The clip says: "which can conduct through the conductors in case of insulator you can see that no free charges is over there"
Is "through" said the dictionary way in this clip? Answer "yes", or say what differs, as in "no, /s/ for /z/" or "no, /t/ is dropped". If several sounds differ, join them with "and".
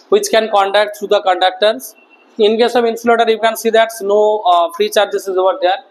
no, /t/ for /θ/